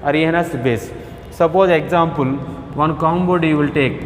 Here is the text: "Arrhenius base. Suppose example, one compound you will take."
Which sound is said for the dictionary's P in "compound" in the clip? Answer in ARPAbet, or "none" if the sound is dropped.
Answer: B